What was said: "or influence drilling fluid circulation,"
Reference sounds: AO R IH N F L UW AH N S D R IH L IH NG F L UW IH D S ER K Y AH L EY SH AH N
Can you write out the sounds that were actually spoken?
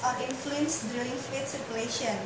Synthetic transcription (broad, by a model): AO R IH N F L UW AH N S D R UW IH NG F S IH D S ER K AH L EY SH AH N